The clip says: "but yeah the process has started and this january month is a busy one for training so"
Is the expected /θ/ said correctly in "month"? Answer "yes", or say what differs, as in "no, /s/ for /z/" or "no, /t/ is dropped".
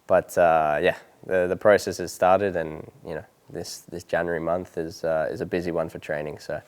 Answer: yes